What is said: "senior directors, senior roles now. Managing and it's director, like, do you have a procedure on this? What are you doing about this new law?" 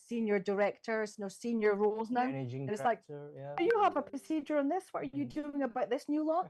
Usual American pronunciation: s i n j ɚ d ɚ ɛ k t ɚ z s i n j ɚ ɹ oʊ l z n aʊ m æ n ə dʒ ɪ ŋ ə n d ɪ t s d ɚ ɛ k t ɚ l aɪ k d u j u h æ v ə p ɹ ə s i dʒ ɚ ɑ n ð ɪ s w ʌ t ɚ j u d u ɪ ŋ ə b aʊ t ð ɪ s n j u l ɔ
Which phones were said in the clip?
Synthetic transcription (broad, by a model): s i n j ɚ d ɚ ɛ k t ɚ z s i n j ɚ ɹ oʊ l z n n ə ɪ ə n ɪ t s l aɪ k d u j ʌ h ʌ v ə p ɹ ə s i dʒ ɚ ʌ n ð ɪ s w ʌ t ɚ j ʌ d u ɪ ŋ ə b aʊ t ð ɪ s n j u l ɔ